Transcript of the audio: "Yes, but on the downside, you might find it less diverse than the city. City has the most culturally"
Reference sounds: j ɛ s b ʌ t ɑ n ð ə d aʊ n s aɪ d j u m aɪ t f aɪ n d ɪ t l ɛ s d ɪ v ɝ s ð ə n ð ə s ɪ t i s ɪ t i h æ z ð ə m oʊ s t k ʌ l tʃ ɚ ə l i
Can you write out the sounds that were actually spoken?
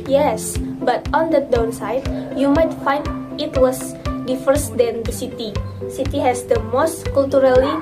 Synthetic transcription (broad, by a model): j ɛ s b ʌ t ɑ n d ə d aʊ n s aɪ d j u m aɪ t f aɪ n d ɪ t w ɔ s d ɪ f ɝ s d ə n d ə s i t i s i t i h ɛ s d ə m oʊ s t k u l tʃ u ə l i